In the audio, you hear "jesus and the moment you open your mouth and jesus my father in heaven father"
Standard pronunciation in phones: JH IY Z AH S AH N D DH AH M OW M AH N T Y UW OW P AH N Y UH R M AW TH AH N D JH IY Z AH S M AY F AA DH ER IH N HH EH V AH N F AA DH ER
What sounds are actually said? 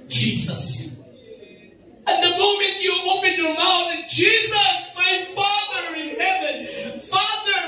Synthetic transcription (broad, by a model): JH IY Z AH S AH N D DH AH M OW M AH N T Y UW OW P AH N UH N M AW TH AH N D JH IY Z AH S M AY F AA DH ER IH N HH EH V AH N F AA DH ER